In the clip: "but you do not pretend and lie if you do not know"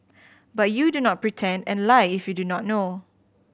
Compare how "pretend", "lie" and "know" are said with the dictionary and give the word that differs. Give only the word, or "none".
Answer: none